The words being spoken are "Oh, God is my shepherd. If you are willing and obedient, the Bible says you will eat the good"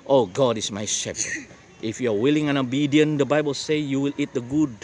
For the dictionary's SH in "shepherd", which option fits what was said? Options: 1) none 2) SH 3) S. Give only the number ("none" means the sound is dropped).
2